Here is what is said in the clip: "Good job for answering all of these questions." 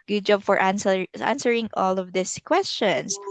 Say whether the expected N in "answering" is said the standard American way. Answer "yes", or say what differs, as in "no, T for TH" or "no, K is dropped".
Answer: yes